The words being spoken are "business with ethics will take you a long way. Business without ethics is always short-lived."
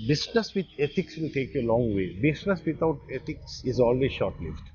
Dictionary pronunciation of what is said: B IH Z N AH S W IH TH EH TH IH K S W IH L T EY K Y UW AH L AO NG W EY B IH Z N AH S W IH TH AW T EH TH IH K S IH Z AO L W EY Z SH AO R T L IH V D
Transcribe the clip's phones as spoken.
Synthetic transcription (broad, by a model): B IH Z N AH S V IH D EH T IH K S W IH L T EY K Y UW AH L AO NG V EY B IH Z N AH S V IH T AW T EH T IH K S IH Z AO L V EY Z SH AO R T L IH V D